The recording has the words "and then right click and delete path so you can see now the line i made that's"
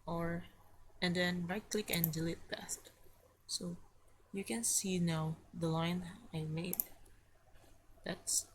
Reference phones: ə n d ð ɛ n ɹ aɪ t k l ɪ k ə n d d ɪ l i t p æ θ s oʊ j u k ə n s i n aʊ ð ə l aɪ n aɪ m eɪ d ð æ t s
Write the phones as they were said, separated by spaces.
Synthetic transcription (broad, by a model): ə n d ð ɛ n ɹ aɪ t k l ɪ k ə n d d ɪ l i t b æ t s oʊ j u k ə n s i n aʊ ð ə l aɪ n aɪ m eɪ d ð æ t s